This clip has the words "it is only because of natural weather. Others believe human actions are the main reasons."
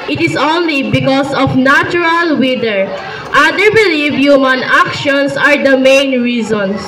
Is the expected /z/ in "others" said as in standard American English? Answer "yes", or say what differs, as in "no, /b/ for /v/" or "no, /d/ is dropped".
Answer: no, /z/ is dropped